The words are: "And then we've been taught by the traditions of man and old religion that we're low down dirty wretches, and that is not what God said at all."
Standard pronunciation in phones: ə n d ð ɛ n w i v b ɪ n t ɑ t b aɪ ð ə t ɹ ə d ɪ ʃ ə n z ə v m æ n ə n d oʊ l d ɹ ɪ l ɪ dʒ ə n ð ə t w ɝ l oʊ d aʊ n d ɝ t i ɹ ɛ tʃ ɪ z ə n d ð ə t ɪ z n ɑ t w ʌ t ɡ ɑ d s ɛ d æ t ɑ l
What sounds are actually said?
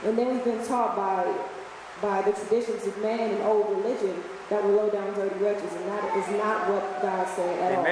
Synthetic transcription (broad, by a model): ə n ð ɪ n w i v b ɪ n t ɑ t b aɪ ð ə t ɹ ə d ɪ ʃ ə n z ə v m æ n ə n oʊ l d ɹ ɪ l ɪ dʒ ə n ð ə t w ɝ l oʊ d aʊ n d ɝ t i ɹ ɛ tʃ ɪ z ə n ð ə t ɪ z n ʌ t w ʌ t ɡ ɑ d s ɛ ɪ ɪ t ɑ l